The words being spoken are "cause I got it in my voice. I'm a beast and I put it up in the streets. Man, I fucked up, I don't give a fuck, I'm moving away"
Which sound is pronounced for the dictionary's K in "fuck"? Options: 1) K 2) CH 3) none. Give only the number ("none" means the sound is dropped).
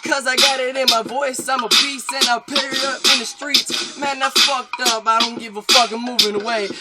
1